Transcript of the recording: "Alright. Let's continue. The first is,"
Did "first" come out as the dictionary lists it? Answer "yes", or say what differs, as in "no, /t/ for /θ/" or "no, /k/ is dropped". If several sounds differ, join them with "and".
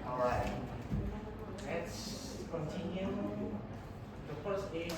no, /t/ is dropped